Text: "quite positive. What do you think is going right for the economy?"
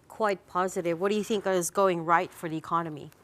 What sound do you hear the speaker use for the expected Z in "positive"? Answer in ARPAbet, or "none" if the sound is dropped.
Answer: Z